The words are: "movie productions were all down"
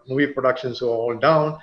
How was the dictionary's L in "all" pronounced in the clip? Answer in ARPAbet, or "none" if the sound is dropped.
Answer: N